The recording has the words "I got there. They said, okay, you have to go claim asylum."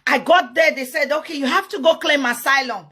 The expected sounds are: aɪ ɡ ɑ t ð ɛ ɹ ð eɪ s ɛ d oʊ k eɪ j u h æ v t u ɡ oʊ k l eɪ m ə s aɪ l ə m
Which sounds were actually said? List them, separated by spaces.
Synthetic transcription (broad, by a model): aɪ ɡ ɑ t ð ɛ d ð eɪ s ɛ d oʊ k eɪ j u h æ f t u ɡ oʊ k l eɪ m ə s aɪ l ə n